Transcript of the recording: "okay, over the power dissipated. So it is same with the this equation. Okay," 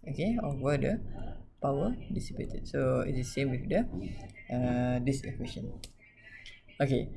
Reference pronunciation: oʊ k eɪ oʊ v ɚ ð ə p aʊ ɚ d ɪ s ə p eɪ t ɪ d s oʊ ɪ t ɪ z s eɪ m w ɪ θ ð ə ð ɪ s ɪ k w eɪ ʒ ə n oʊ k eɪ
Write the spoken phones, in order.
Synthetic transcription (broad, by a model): oʊ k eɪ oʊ ɚ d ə p aʊ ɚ d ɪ s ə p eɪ t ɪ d s oʊ ɪ t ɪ s eɪ m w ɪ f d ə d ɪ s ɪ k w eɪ ʃ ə n oʊ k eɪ